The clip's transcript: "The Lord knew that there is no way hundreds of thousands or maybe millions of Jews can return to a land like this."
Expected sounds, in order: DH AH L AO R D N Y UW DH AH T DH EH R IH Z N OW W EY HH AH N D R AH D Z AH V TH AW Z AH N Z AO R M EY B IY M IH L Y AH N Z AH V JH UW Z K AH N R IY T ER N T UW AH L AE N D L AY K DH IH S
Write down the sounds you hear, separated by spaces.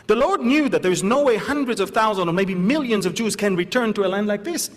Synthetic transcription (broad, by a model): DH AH L AO R D N Y UW DH AH T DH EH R IH Z N OW W EY HH AH N D R AH D Z AH V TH AW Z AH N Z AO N M EY B IY M IH L Y AH N Z AH V JH UW Z K AH N R IY T ER N T UW AH L AE N D L AY K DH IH S